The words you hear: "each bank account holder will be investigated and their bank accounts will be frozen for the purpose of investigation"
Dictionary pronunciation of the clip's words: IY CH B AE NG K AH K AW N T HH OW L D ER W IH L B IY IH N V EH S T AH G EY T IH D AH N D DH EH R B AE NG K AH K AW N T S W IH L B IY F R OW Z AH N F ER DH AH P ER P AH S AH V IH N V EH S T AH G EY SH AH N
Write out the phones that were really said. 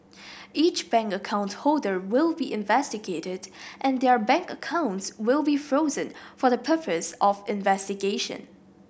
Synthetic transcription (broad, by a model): IY CH B AE NG K AH K AW N T HH OW L D ER W IH L B IY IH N V EH S T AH G EY T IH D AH N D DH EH R B AE NG K AH K AW N T S W IH L B IY F R OW Z AH N F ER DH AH P ER P AH S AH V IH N V EH S T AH G EY SH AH N